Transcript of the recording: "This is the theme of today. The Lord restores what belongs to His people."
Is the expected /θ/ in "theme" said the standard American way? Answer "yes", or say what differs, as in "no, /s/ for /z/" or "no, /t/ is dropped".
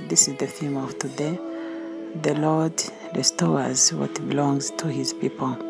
no, /f/ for /θ/